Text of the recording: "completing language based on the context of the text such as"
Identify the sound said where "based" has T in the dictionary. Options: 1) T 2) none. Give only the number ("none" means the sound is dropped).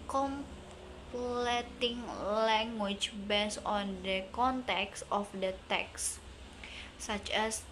2